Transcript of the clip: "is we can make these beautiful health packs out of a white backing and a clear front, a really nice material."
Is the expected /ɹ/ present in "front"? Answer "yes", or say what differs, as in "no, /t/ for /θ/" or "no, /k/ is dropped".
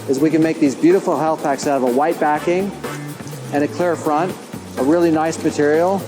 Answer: yes